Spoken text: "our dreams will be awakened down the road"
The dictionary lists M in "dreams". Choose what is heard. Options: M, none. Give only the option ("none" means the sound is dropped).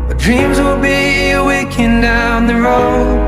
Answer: M